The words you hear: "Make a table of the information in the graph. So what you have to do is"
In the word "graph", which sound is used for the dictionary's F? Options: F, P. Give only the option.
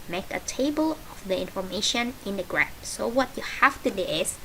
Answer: P